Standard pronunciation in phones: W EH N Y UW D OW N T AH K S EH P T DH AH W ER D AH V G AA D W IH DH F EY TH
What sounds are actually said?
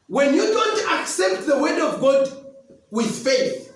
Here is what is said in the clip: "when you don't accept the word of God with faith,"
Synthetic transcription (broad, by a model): W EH N Y UW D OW N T AH K S EH P T DH AH W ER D AH V G AA D W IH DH F EY TH